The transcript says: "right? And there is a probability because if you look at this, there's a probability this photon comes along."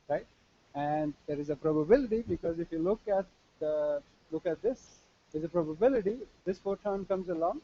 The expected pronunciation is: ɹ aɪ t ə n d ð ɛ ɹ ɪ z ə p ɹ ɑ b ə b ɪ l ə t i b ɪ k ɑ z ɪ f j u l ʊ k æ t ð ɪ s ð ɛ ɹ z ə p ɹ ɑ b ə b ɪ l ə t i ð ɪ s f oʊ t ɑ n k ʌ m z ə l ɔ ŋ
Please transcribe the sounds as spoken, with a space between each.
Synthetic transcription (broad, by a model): ɹ aɪ t ə n d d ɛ ɹ ɪ z ə p ɹ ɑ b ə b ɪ l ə t i b ɪ k ɑ z ɪ f j u l ʊ k æ t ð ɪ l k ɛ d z ə p ɹ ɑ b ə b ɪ l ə t i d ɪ s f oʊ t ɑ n k ʌ m z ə l ɔ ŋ